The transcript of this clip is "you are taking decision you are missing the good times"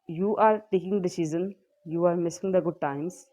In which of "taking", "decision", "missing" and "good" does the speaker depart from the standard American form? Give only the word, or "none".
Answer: decision